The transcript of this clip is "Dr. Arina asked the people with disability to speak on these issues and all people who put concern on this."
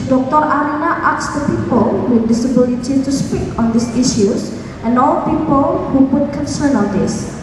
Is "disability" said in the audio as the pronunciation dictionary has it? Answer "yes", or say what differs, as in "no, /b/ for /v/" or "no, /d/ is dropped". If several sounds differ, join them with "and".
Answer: yes